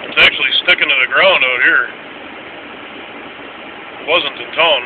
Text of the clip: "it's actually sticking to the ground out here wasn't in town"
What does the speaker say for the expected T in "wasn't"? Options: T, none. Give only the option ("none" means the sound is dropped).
T